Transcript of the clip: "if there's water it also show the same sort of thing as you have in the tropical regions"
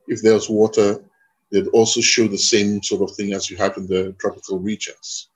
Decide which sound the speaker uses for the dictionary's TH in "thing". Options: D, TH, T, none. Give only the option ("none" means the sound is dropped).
TH